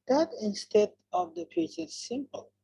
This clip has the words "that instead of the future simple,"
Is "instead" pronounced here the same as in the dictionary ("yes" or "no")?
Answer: yes